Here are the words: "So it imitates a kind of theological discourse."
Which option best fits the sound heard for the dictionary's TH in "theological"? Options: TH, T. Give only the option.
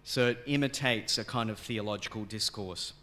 TH